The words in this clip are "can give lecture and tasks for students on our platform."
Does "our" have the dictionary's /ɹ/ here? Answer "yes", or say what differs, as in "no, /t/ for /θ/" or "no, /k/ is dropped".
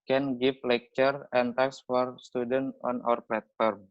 yes